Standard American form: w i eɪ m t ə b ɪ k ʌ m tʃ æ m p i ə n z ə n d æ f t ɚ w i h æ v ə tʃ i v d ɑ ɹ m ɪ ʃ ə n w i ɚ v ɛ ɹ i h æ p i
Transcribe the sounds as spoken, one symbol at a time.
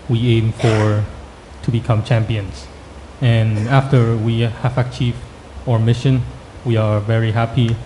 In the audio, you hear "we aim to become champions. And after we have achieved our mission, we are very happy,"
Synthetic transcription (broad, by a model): w i eɪ m t ə b ɪ k ʌ m tʃ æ m p i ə n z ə n æ f t ɚ w i h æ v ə tʃ i v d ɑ ɹ m ɪ ʃ ə n w i ɚ v ɛ ɹ i h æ p i